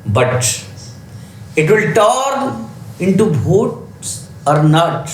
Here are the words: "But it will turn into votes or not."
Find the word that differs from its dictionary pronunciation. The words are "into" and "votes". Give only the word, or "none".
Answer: votes